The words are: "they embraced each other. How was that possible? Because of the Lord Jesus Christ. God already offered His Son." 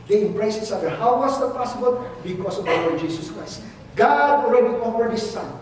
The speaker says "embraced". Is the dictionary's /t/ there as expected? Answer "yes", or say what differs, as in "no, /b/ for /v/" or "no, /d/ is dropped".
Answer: no, /t/ is dropped